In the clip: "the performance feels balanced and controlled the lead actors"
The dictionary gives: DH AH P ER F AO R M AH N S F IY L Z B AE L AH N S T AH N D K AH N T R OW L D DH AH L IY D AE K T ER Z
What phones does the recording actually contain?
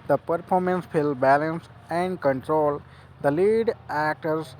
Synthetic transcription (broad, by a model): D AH P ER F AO R M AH N S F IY L B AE L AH N S AH N D K AH N T R OW L D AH L IY D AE K T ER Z